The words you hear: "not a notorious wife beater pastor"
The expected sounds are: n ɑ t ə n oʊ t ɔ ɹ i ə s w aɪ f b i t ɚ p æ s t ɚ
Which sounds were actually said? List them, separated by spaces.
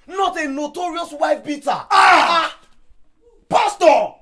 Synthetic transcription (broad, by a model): n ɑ t ə n oʊ t ɔ ɹ i ə s w aɪ f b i t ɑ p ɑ s t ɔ